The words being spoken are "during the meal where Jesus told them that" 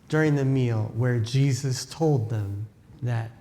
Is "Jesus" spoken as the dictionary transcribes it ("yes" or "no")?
yes